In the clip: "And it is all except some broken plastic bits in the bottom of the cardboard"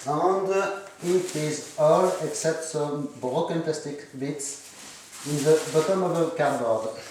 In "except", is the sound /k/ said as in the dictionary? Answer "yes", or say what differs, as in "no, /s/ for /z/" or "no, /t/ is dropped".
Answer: yes